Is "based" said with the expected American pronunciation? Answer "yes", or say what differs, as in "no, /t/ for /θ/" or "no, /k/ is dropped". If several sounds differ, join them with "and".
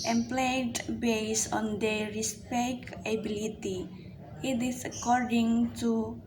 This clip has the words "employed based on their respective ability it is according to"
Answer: no, /t/ is dropped